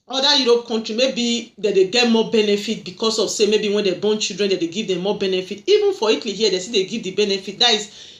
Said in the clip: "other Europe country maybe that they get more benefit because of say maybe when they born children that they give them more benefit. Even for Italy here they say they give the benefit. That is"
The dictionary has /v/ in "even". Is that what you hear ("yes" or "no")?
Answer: yes